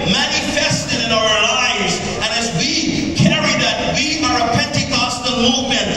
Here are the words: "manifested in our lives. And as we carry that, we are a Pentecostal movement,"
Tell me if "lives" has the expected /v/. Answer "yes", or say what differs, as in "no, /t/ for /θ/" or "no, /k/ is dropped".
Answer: yes